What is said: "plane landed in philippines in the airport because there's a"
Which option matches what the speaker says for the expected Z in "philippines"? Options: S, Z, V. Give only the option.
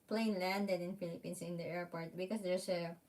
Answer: S